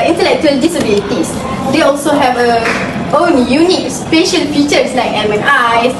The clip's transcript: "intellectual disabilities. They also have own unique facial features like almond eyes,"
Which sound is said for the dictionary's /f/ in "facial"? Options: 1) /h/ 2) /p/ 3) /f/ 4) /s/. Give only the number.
2